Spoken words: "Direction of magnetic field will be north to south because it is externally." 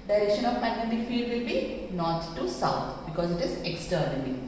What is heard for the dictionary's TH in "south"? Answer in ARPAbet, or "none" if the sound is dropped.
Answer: T